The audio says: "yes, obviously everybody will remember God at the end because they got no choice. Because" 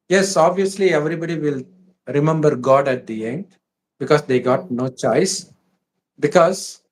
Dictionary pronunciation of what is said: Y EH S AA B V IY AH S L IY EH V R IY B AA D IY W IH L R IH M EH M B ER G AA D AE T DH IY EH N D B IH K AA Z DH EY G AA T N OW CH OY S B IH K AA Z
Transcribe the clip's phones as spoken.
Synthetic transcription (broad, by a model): Y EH S AA B V IY AH S L IY EH V R IY B AA D IY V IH L R IH M EH M B ER G AA D AE T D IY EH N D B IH K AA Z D EY G AA T N OW CH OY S B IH K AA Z